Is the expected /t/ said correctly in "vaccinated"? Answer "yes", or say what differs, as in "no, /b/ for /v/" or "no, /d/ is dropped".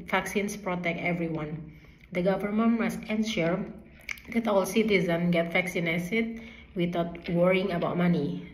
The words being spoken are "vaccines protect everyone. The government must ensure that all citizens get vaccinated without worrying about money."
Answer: no, /s/ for /t/